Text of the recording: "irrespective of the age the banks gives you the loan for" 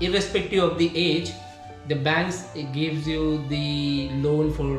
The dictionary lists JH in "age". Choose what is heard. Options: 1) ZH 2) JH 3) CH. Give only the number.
2